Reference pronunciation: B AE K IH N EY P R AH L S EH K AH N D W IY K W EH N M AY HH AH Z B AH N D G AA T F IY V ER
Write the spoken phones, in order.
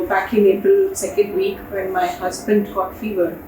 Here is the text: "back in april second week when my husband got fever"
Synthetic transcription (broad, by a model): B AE K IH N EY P AH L S EH K AH N D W IY K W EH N M AY HH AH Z B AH N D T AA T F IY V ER